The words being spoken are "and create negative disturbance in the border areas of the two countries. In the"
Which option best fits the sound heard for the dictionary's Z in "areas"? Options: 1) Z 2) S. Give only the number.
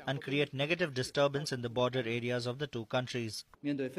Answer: 1